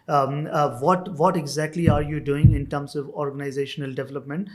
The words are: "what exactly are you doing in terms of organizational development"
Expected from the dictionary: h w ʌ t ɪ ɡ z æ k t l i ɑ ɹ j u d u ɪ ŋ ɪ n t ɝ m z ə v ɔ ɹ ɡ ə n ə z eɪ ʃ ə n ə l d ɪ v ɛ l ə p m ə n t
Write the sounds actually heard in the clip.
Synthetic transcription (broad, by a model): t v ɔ t ɪ ɡ z æ k t l i ɑ ɹ j u d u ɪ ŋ ɪ n t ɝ m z ə v ɔ ɹ ɡ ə n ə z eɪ ʃ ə n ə l d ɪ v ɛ l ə p m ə n t